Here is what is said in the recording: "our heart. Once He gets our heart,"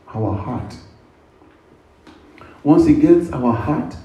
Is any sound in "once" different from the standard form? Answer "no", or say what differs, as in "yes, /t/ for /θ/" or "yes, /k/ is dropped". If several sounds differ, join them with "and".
no